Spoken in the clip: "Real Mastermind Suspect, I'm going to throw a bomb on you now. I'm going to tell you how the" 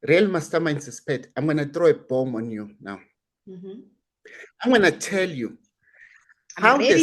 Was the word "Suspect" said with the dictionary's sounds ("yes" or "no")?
no